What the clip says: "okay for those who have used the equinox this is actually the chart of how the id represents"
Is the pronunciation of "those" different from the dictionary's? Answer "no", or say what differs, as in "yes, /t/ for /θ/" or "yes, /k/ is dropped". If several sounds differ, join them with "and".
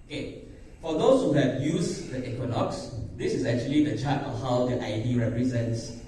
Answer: yes, /s/ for /z/